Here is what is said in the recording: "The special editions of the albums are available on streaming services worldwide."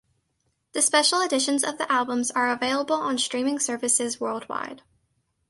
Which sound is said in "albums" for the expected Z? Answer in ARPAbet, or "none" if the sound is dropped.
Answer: Z